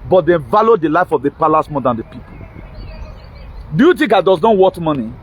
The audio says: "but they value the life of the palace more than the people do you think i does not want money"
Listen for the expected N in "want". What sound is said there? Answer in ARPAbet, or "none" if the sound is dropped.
none